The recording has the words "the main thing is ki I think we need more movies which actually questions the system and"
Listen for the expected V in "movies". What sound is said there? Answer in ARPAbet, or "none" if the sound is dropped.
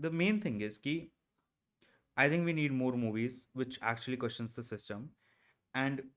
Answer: V